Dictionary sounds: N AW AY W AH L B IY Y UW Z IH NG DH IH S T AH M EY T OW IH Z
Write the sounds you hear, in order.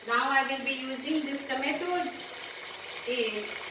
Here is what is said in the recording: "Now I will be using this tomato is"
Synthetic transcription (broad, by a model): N AW AY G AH N B IY Y UW Z IH NG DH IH S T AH M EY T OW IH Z